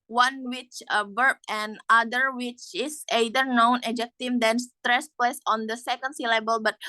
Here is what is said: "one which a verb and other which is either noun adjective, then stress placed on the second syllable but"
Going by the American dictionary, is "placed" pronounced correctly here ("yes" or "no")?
no